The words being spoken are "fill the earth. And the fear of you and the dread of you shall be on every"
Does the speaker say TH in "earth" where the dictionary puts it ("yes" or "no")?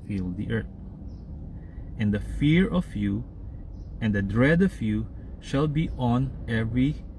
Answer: no